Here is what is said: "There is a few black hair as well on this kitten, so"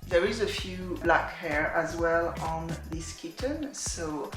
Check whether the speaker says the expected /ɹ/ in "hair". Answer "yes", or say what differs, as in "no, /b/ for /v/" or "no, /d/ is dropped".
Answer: yes